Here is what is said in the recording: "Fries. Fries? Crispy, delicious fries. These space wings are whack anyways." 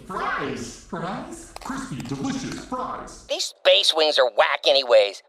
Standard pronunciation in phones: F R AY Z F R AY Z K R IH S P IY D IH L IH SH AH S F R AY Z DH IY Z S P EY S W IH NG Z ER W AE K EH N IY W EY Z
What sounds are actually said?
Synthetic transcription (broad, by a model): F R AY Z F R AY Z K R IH S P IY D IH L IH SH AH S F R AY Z DH IY Z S B EY S W IH NG Z ER W AE K EH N IY W EY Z